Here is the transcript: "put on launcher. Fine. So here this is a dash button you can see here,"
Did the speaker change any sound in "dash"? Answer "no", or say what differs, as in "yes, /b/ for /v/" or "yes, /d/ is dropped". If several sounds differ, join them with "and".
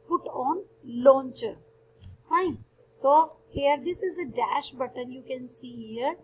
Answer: no